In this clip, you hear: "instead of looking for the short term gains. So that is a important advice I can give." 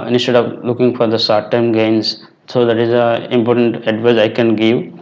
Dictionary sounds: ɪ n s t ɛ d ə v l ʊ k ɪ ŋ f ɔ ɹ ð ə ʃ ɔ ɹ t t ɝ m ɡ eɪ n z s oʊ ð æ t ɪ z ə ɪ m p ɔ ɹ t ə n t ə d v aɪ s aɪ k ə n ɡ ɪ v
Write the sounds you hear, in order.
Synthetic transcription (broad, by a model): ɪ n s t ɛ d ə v l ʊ k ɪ ŋ f ɔ ɹ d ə s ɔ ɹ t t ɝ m ɡ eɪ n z s oʊ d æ t ɪ z ə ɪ m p ɔ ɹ t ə n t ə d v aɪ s aɪ k ə n ɡ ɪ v